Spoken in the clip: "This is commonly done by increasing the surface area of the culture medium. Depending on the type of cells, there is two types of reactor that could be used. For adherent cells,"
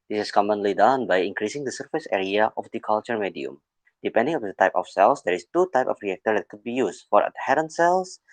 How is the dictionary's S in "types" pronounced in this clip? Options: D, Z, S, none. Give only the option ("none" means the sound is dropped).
none